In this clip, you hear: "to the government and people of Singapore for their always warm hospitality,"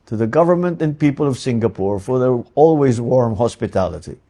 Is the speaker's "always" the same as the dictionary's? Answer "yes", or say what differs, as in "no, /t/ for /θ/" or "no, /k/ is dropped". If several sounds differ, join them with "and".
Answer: yes